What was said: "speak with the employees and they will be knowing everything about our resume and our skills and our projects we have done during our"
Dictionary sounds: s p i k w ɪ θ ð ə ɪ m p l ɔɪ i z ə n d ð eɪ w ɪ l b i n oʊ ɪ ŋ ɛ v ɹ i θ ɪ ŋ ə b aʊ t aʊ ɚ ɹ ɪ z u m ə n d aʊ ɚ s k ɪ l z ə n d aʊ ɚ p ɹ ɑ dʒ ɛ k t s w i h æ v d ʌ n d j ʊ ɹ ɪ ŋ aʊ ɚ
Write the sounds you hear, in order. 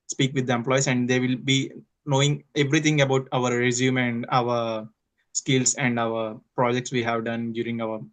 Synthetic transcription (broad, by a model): s p i k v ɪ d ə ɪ m p l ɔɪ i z ə n d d eɪ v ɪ l b i n oʊ ɪ ŋ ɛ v ɹ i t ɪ ŋ ə b aʊ t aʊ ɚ ɹ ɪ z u m ə n d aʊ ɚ s k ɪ l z ə n d aʊ ɚ p ɹ ɑ dʒ ɛ k t s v i h æ v d ʌ n d j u ɹ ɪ ŋ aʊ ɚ